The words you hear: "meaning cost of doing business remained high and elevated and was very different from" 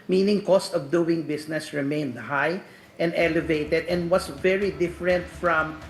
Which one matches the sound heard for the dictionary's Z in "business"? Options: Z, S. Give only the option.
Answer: S